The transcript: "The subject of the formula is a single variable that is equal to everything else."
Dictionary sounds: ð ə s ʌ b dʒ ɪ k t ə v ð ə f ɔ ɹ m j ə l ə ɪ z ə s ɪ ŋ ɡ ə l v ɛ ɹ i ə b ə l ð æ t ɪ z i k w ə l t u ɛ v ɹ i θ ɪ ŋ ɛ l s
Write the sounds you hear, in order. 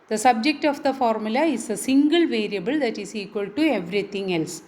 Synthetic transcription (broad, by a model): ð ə s ʌ b dʒ ɪ k t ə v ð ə f ɔ ɹ m j ə l ə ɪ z ə s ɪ ŋ ɡ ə l v ɛ ɹ i ə b ə l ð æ t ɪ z i k w ə l t u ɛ v ɹ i t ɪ ŋ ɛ l s